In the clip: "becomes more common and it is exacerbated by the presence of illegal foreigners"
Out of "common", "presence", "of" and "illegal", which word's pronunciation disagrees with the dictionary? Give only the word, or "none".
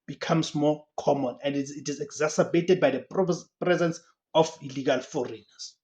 of